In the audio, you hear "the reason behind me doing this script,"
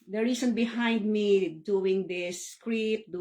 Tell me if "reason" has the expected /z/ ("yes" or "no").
no